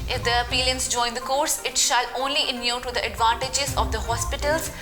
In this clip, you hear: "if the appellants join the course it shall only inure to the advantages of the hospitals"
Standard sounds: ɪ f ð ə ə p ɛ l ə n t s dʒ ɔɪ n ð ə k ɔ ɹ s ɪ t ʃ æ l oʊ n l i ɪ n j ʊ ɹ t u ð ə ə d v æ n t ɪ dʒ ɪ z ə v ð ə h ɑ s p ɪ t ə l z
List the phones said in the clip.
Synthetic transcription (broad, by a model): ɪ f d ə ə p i l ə n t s dʒ ɔɪ n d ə k ɔ ɹ s ɪ t ʃ æ l oʊ n l i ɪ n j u t u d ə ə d v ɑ n t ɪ dʒ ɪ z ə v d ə h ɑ s p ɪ t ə l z